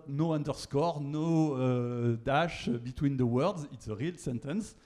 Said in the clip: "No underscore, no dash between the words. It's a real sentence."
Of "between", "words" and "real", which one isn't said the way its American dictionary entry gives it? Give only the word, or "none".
none